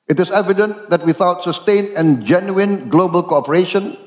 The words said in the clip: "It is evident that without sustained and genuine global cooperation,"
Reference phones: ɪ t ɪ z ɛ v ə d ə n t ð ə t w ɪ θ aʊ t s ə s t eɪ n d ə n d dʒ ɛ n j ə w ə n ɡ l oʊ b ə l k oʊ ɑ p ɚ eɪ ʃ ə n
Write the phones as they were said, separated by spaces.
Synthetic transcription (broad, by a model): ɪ t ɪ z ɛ v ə d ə n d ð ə t w ɪ θ aʊ t s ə s t eɪ n ə n dʒ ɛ n j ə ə n ɡ l oʊ b ə l k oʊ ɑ p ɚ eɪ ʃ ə n